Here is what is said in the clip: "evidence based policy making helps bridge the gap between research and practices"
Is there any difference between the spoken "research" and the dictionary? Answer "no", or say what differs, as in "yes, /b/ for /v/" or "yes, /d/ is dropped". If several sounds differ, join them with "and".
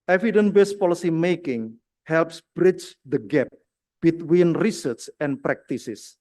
yes, /s/ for /tʃ/